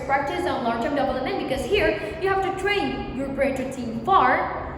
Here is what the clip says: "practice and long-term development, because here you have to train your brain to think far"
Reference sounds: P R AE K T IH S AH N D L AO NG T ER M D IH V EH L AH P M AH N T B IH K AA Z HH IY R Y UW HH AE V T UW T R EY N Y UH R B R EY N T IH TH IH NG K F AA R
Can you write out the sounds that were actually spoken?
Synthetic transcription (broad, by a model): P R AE K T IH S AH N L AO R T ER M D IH B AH L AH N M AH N B IH K AA Z HH IY R Y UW HH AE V T UW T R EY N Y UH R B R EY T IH S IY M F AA R